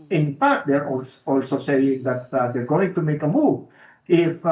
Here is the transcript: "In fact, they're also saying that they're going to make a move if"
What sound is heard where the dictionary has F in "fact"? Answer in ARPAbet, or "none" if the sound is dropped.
P